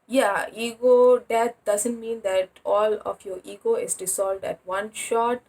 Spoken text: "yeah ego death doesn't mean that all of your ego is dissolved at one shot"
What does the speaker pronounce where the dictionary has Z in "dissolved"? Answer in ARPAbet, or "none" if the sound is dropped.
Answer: S